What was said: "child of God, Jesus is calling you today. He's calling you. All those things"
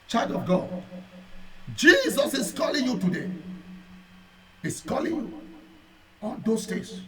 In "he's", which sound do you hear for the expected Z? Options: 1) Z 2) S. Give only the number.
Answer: 2